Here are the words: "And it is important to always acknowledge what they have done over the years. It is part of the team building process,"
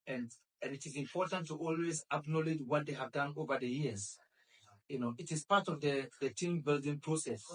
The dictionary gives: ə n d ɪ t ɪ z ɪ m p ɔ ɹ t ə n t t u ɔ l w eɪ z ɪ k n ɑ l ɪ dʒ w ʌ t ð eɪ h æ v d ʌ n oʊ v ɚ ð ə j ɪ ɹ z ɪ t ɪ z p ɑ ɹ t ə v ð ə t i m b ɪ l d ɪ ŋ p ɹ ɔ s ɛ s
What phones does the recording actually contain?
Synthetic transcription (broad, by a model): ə n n ɪ t ɪ z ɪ m p ɔ ɹ t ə n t t u ɔ l w eɪ z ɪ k n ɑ l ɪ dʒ w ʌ t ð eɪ h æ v d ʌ n oʊ v ɚ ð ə j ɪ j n ɪ t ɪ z p ɑ ɹ t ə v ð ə t i m b ɪ l d ɪ ŋ p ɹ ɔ s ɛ s